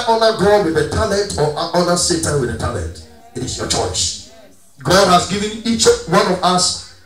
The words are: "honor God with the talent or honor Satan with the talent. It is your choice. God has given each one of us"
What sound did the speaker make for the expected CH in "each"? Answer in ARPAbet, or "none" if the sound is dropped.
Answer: CH